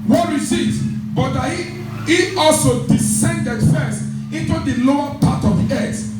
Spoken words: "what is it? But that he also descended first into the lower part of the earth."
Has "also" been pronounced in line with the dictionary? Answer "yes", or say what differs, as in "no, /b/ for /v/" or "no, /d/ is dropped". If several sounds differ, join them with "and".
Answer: yes